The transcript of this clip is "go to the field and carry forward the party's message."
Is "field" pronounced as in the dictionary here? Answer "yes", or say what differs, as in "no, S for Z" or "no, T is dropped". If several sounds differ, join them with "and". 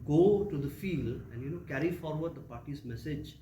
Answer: yes